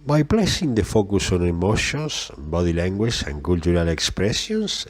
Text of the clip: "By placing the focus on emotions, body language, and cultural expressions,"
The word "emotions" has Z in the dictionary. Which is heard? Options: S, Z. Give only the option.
S